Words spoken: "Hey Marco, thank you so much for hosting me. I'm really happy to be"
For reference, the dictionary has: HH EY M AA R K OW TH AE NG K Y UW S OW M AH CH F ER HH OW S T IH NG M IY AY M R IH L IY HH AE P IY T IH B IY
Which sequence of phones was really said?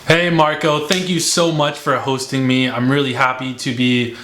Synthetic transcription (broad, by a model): HH EY M AA R K OW TH AE NG K Y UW S OW M AH CH F ER HH OW S T IH NG M IY AY M R IH L IY HH AE P IY T IH B IY